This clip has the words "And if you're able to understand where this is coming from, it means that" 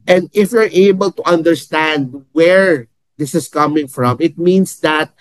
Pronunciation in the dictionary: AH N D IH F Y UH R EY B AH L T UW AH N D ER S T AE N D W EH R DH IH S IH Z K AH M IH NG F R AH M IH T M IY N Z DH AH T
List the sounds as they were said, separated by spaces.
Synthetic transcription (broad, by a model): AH N D IH F Y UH R EY B AH L T UW AH N D ER S T AE N D W EH R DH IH S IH S K AH M IH NG F R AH M IH T M IY N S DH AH T